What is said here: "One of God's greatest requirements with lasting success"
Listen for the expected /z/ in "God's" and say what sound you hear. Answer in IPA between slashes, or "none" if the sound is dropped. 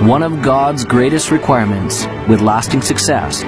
/z/